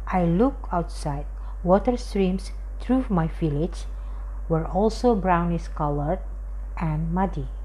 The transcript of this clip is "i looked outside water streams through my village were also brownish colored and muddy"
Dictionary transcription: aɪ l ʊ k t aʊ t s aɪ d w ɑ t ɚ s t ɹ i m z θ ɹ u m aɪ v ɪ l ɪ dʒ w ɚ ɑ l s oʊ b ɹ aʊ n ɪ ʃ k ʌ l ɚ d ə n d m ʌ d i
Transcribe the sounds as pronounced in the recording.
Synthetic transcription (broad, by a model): aɪ l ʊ k aʊ t s aɪ d w ɑ t ɚ s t ɹ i m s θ ɹ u m aɪ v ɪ l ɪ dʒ w ɚ ɑ l s oʊ b ɹ aʊ n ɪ s k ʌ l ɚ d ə n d m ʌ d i